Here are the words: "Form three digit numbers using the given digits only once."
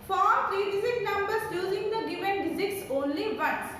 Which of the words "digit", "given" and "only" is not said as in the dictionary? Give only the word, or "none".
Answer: digit